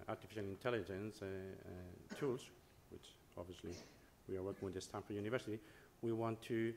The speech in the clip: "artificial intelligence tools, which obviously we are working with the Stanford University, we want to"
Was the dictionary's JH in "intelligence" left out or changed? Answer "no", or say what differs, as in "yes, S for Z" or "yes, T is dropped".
no